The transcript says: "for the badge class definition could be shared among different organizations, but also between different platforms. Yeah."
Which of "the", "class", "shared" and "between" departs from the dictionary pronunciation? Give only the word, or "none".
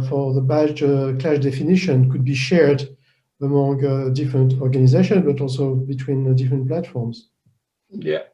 class